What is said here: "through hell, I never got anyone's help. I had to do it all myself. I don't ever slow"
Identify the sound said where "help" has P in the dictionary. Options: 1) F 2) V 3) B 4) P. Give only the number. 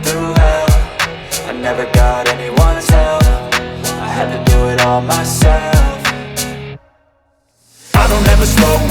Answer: 1